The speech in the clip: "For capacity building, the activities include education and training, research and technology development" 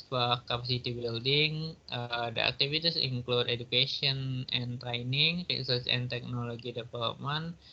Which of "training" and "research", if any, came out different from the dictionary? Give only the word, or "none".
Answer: research